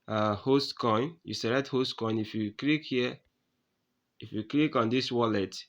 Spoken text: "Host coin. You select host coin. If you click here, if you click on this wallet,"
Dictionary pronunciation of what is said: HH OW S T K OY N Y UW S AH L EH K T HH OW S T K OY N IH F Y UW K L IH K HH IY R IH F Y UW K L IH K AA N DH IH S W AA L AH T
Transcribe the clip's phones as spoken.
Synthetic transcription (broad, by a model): HH OW S T K OY N Y UW S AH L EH T HH OW S T K OY N IH F Y UW K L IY K HH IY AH IH F Y UW K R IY K AA N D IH S W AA L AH T